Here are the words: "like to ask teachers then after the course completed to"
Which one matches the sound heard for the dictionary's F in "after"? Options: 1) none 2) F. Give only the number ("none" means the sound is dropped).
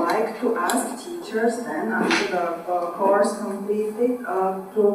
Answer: 1